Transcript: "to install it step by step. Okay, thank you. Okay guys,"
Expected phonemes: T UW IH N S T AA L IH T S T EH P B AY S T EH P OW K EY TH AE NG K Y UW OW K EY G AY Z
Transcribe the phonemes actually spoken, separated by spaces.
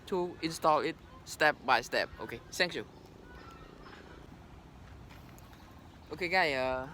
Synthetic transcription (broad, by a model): T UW IH N S T AA L IH T S T EH P B AY S T EH P OW K EY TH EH NG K Y UW OW K EY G AY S